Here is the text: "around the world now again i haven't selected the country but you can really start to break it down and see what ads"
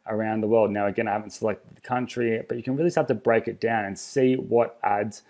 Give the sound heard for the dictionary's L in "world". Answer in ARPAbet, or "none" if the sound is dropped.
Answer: L